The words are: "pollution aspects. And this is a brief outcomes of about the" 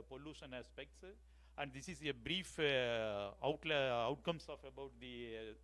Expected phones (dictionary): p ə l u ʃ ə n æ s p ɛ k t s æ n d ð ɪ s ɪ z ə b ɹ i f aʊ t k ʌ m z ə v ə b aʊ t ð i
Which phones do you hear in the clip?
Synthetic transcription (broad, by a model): p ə l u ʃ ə n æ s p ɛ k t s æ n d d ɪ s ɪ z ə b ɹ i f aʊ t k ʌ m s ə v ə b aʊ t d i